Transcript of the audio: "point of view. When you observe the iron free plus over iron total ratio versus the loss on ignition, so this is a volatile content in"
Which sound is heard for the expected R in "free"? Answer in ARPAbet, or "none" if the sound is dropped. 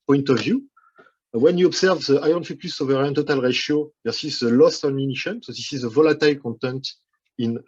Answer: none